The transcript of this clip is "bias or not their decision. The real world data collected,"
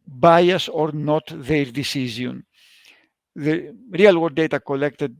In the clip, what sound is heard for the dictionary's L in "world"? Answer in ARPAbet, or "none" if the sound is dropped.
none